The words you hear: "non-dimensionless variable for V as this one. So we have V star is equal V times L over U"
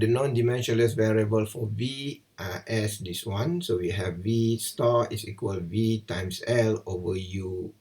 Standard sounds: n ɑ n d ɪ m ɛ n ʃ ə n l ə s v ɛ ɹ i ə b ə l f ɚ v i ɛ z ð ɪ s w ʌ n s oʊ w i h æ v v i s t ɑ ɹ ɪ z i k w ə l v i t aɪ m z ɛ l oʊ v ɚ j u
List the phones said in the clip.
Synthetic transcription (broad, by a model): n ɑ n d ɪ m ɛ n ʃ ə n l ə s v ɛ ɹ i ə b ə l f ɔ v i ɛ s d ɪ s w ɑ n s oʊ w i h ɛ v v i s t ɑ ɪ s i k w ə l v i t aɪ m s ɛ l oʊ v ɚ j u